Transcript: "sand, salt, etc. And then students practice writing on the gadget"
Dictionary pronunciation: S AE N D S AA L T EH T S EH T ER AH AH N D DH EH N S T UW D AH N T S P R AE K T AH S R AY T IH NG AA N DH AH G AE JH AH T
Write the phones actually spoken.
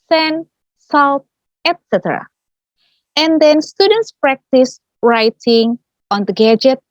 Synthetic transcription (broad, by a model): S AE N S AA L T EH T S EH T ER AH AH N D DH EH N S T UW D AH N T S P R AE K T AH S R AY T IH NG AA N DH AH G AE JH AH T